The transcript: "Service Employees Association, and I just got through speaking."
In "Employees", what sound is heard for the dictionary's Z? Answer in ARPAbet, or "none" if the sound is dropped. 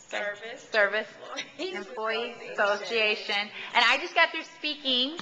none